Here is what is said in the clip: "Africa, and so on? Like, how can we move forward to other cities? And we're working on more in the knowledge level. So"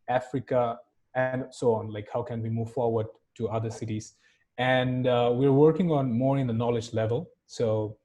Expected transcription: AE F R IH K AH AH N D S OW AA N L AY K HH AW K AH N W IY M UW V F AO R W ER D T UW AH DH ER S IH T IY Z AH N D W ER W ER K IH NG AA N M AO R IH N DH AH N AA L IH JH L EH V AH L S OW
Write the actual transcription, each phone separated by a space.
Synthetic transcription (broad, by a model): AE F R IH K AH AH N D S OW AA N L AY K HH AW K AH N W IY M UW V F AO R W ER D T UW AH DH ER S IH T IY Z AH N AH W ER W ER K IH NG AA N M AO R IH N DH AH N AA L IH JH L EH V AH L S OW